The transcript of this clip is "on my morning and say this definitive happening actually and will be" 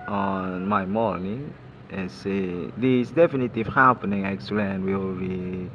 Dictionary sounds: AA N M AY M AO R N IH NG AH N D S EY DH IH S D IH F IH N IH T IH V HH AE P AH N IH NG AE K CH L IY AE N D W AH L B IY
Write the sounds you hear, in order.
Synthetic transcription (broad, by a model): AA N M AY M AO L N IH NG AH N S EY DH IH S D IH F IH N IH T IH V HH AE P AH N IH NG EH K S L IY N W AH L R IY